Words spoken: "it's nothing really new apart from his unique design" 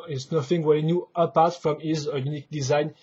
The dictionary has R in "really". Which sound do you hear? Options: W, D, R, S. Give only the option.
W